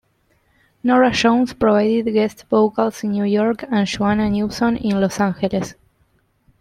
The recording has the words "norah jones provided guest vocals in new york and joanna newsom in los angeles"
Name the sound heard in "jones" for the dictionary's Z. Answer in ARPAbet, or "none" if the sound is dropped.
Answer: S